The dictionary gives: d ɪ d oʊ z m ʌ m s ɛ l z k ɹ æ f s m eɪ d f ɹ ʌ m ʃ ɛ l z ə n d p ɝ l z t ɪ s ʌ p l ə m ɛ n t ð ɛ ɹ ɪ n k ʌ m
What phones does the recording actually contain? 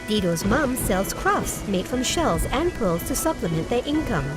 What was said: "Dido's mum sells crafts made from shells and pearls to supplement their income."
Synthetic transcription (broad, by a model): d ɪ d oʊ z m ʌ m s ɛ l z k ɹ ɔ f s m eɪ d f ɹ ʌ m ʃ ɛ l z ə n p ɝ l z t ɪ s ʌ p l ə m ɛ n ð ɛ ɹ ɪ n k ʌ m